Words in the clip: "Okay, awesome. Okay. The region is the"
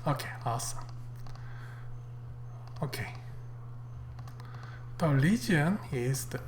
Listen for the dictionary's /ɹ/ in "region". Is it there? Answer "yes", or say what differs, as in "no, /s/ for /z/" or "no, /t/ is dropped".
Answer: no, /l/ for /ɹ/